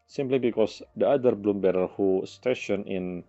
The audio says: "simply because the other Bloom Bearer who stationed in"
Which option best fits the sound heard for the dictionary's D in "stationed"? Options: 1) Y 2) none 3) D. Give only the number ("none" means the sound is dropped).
2